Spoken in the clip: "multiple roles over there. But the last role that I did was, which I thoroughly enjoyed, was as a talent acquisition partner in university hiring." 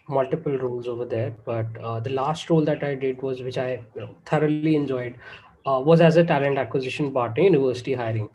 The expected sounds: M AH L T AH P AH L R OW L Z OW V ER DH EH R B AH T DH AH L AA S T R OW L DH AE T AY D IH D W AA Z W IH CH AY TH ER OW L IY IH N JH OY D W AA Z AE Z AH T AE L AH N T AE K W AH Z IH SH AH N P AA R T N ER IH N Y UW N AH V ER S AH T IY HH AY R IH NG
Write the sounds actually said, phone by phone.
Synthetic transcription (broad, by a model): M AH L T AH P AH L R OW L Z OW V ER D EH R B AH T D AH L AA S T R OW L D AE T AY D IH D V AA Z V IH CH AY T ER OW L IY IH N JH OY D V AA Z AE Z AH T AE L AH N T AE K W AH Z IH SH AH N B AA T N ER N Y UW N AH V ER S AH T IY HH AY R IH NG